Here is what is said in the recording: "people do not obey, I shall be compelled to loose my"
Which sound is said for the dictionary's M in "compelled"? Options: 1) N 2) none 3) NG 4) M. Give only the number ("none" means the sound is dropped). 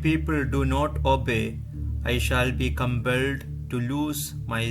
4